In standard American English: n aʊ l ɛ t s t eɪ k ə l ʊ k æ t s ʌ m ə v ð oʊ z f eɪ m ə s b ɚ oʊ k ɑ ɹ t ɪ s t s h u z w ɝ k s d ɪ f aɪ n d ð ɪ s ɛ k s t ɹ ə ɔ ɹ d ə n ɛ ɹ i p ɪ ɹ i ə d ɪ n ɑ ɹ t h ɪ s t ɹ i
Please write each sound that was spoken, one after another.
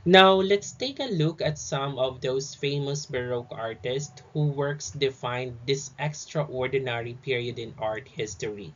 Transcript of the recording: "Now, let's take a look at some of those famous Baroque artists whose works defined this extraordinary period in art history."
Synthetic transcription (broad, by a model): n aʊ l ɛ t s t eɪ k ə l ʊ k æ t s ʌ m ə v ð oʊ s f eɪ m ə s b ɚ oʊ k ɑ ɹ t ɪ s t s h u w ɝ k s d ɪ f aɪ n d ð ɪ s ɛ k s t ɹ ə ɔ ɹ d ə n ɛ ɹ i p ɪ ɹ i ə d ɪ n ɑ ɹ t h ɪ s t ɹ i